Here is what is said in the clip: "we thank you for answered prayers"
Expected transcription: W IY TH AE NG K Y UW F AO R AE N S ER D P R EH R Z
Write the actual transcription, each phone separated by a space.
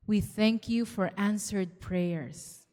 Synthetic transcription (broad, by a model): W IY TH AE NG K Y UW F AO R AE N S ER D P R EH R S